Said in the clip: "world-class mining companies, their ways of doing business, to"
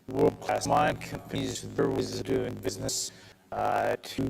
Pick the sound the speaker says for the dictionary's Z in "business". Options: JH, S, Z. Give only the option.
Z